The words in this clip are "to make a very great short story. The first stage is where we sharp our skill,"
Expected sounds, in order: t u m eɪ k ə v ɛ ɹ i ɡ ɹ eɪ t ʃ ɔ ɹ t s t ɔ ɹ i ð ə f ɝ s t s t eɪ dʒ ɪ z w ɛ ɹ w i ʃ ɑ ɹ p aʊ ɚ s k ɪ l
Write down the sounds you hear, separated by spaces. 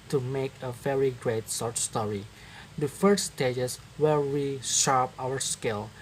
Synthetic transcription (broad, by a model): t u m eɪ k ə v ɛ ɹ i ɡ ɹ eɪ t s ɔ ɹ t s t ɔ ɹ i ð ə f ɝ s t s t eɪ dʒ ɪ s w ɛ ɹ w i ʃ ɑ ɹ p aʊ ɚ s k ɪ l